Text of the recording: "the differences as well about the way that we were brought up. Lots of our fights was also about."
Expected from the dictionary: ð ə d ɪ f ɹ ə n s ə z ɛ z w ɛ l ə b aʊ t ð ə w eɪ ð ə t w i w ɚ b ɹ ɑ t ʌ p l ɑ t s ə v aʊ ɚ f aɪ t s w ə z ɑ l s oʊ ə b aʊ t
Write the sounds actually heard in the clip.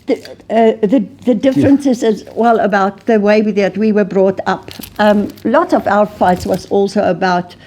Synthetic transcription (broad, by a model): ð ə d ɪ f ɹ ə n s ə z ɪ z w ɛ l ə b aʊ t ð ə w eɪ ð ə t w i w ɚ b ɹ ɑ t ʌ p l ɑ t ə v aʊ ɚ f aɪ t s w ə z ɑ l s oʊ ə b aʊ t